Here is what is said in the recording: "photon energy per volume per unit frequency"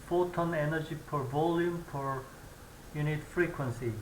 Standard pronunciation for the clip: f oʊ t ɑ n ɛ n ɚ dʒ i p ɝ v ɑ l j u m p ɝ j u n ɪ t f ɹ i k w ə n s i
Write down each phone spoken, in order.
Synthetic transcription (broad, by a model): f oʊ t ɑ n ɛ n ɚ dʒ i p ɝ v ɑ l j u m p ɝ j u n ɪ t f ɹ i k w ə n s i